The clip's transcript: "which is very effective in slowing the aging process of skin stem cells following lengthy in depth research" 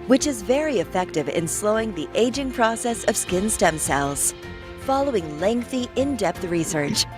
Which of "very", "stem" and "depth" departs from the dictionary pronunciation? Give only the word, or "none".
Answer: none